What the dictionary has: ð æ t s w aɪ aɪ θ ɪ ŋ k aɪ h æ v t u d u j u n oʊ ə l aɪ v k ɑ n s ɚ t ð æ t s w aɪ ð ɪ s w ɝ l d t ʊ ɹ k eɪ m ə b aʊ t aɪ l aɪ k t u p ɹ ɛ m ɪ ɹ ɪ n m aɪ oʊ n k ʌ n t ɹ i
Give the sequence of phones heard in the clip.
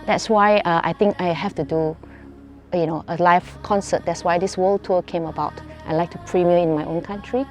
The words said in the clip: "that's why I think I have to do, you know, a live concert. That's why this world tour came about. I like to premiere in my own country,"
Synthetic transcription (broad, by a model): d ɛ t s w aɪ aɪ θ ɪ ŋ k aɪ h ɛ f t u d u j u n oʊ ə l aɪ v k ɑ n s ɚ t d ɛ t s w aɪ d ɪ s w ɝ l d t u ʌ k eɪ m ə b aʊ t aɪ l aɪ k t u p ɹ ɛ m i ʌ ɪ n m aɪ oʊ n k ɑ n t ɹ i